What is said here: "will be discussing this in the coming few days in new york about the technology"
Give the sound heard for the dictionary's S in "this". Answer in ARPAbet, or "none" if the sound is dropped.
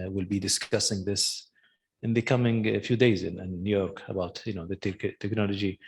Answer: S